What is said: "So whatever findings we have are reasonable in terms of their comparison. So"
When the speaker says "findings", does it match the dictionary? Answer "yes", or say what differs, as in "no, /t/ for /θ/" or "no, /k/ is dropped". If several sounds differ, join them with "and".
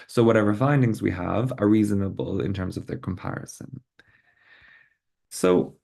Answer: yes